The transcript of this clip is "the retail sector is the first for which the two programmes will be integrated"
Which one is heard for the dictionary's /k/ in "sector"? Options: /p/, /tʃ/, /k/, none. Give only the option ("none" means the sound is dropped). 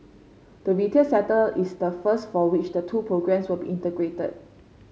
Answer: none